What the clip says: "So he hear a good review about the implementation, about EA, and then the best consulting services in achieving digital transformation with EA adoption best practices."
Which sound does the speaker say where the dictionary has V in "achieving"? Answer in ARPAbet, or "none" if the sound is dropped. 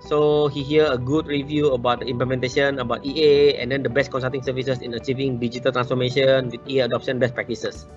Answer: V